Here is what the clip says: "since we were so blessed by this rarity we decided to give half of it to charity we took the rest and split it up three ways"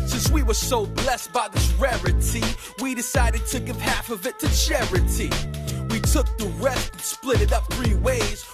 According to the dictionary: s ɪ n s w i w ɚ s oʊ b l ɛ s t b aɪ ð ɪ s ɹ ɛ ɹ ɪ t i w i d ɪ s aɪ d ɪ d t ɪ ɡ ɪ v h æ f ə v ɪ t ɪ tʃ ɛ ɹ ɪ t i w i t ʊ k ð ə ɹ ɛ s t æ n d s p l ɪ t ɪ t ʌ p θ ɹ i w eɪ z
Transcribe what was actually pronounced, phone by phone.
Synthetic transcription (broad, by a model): s ɪ n s w i w ɚ s oʊ b l ɛ s t b aɪ ð ɪ s ɹ ɛ ɹ ɪ t i w i d ɪ s aɪ d ɪ d t ɪ ɡ ɪ v h æ f ə v ɪ t ɪ tʃ ɛ ɹ ɪ t i w i t ʊ k ð ə ɹ ɛ s t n s p l ɪ t ɪ t ʌ p θ ɹ i w eɪ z